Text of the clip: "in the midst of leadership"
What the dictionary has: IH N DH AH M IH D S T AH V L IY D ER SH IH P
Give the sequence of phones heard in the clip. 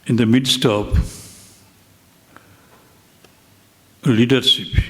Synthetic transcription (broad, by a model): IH N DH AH M IH D S T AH P L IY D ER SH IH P